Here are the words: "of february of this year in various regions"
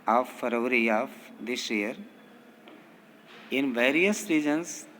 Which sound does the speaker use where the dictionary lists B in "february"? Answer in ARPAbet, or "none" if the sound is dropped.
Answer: none